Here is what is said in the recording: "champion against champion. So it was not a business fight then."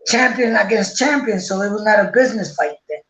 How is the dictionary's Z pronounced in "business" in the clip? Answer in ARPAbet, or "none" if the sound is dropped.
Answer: Z